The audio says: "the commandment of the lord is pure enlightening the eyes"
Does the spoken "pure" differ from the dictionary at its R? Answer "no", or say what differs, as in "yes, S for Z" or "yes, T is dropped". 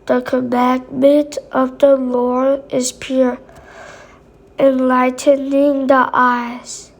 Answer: no